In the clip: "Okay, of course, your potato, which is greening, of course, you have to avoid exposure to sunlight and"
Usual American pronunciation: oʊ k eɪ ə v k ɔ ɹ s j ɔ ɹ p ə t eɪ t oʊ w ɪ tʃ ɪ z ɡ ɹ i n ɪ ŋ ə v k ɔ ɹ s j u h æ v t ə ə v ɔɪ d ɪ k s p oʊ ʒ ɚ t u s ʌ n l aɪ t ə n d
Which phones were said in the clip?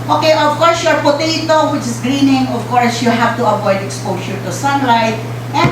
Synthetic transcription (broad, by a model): oʊ k eɪ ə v k ɔ ɹ s j ɔ ɹ p ə t eɪ t oʊ w ɪ tʃ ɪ s ɡ ɹ i n ɪ ŋ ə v k ɔ ɹ s j u h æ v t ə ə v ɔɪ d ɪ k s p oʊ ʃ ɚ t u s ʌ n l aɪ t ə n